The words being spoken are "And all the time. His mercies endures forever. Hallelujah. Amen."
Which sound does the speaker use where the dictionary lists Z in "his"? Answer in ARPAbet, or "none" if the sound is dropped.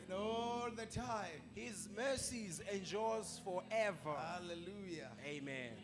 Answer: Z